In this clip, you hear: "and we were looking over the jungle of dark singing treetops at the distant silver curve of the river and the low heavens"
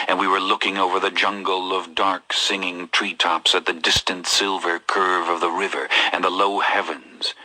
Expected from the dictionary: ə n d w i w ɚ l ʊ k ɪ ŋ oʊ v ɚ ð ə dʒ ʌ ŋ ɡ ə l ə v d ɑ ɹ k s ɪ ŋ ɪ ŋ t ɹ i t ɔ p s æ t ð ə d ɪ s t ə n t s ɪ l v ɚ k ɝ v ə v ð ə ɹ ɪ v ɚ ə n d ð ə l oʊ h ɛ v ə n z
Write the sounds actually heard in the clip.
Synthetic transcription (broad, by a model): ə n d w i w ɚ l ʊ k ɪ ŋ oʊ v ɚ ð ə dʒ ʌ ŋ ɡ l ə v d ɑ ɹ k s ɪ ŋ ɪ ŋ t ɹ i t ɔ p s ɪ t ð ə d ɪ s t ə n t s ɪ l v ɚ k ɝ v ə v ð ə ɹ ɪ v ɚ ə n ð ə l oʊ h ɛ v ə n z